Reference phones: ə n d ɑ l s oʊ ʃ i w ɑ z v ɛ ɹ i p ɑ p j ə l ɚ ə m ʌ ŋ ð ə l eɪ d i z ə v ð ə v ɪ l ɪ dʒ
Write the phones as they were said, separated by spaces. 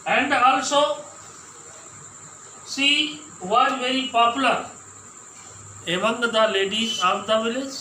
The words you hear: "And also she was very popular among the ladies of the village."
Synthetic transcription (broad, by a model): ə n d ɑ l s oʊ s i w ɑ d v ɛ ɹ i p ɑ p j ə l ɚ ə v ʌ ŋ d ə l eɪ d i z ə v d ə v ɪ l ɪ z